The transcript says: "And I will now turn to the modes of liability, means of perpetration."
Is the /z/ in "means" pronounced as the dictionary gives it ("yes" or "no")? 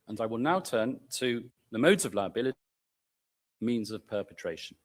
yes